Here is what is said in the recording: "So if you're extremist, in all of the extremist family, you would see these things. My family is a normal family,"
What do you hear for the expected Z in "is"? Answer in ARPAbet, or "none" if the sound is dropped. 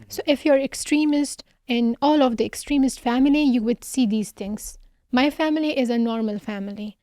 Z